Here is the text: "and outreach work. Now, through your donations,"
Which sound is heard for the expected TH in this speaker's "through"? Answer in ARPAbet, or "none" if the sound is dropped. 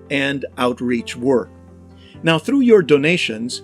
TH